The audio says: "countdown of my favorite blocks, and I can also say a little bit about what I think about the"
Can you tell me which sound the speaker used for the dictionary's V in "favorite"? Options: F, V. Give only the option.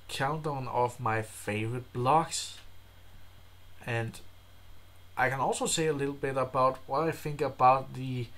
V